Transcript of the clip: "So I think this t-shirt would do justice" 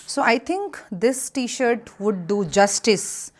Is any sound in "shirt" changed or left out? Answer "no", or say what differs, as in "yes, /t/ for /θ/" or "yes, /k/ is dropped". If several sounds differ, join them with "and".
no